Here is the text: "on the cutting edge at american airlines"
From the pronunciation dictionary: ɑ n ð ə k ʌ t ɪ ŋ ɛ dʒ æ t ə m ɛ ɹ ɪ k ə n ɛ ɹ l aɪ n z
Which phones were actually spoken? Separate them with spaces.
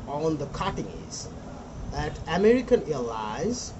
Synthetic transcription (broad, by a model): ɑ n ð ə k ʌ t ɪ ŋ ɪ z æ t ə m ɛ ɹ ɪ k ə n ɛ l aɪ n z